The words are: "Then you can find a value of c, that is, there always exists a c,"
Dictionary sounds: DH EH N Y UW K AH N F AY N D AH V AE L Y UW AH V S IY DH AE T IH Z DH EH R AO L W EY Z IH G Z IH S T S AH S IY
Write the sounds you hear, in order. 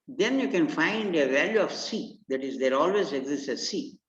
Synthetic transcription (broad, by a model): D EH N Y UW K AH N F AY N D AH V AE L Y UW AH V S IY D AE T IH Z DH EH R AO L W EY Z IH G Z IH S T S AH S IY